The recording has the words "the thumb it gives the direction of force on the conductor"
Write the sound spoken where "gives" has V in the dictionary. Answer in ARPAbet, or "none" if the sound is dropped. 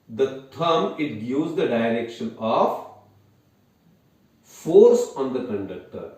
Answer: none